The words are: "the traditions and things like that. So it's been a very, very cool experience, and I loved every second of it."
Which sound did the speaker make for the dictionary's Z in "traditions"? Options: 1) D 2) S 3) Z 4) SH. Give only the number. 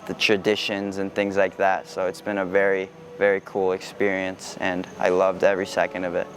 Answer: 3